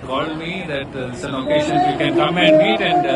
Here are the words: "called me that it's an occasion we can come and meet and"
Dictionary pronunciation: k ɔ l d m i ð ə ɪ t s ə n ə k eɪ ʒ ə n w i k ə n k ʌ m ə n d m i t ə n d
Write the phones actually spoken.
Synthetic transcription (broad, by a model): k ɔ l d m i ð ɪ t s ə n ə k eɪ ʃ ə n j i k ə n k ʌ m ə n d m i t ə n d